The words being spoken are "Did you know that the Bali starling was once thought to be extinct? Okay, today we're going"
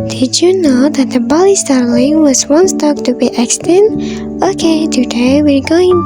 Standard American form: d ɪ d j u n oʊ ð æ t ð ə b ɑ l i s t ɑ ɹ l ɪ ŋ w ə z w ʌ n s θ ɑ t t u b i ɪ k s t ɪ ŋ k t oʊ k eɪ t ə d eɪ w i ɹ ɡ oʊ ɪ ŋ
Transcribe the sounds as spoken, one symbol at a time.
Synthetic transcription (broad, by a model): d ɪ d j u n oʊ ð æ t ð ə b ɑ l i s t ɑ ɹ l ɪ ŋ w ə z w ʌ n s t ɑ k t u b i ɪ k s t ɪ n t oʊ k eɪ t ə d eɪ w i ɹ ɡ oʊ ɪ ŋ